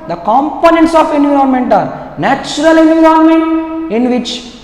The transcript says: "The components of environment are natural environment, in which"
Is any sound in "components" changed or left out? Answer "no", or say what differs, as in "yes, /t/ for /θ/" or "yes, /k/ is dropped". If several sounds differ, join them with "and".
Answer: no